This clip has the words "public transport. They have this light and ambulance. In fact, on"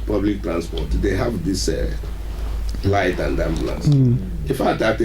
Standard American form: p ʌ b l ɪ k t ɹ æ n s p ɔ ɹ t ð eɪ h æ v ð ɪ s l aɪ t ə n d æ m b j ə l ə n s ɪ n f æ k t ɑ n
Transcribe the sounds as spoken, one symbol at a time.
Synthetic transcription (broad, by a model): p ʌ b l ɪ k t ɹ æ n s p ɔ t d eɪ h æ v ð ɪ s l aɪ t ə n d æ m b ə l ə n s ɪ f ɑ t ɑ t